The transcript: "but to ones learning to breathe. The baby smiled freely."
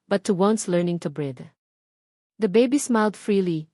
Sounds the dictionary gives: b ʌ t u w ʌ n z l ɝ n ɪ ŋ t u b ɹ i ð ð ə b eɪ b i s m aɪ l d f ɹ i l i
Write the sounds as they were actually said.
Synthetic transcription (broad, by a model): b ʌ t u w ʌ n s l ɝ n ɪ ŋ t u b ɹ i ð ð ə b eɪ b i s m aɪ l d f ɹ i l i